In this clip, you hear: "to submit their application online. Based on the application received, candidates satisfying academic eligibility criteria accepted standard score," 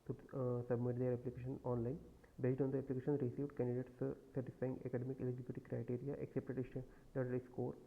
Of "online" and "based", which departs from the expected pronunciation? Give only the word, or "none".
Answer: based